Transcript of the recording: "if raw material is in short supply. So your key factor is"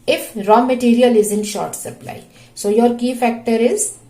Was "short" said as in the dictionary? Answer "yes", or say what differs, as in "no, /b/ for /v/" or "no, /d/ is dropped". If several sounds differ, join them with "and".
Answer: yes